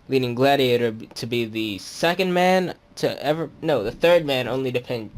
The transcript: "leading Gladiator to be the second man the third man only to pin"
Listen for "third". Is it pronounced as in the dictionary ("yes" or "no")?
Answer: yes